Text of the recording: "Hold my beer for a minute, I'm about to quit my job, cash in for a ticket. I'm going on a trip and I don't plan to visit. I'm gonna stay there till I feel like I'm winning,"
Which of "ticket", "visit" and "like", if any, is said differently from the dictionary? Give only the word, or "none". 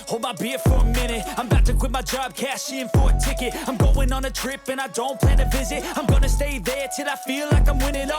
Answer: none